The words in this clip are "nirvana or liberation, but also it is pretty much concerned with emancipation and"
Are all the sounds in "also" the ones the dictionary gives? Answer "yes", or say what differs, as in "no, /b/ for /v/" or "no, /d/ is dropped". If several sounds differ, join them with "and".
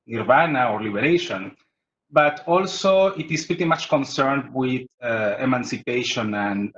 yes